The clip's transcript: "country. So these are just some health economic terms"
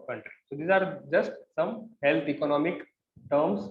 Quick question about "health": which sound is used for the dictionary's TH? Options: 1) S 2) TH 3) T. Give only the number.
3